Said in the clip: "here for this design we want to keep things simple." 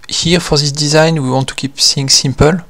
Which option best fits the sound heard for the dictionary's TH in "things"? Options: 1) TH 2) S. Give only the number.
2